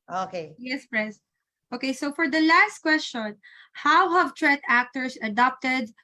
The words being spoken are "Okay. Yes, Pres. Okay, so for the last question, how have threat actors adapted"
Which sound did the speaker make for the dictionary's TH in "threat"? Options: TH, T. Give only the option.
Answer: T